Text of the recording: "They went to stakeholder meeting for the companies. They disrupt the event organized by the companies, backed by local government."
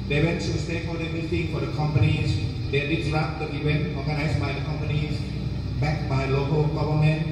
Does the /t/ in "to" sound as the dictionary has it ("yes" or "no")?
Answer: no